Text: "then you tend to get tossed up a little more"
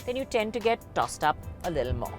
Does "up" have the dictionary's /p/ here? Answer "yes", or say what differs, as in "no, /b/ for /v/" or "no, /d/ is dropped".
yes